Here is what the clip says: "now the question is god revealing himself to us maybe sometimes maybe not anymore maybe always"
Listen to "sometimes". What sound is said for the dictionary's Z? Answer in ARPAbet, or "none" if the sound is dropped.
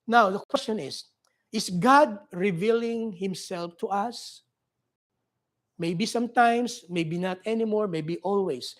S